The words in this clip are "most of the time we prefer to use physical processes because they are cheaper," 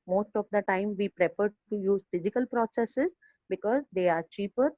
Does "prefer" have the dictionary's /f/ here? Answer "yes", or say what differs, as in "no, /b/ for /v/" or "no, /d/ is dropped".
no, /p/ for /f/